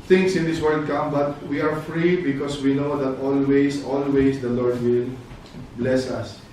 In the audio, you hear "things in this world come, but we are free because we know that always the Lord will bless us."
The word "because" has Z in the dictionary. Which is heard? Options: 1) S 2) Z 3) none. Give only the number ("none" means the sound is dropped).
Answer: 1